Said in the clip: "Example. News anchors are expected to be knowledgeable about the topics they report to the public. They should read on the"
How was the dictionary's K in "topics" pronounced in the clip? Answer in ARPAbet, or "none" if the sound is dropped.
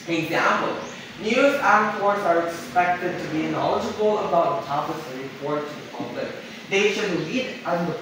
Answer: none